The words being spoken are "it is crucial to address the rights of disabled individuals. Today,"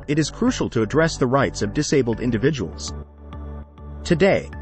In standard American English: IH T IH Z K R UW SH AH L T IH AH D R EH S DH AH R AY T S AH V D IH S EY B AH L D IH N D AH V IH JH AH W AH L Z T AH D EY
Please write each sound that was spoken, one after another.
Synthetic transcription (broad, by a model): IH T IH Z K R UW SH L T IH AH D R EH S DH AH R AY T S AH V D IH S EY B L D IH N D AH V IH JH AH W L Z T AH D EY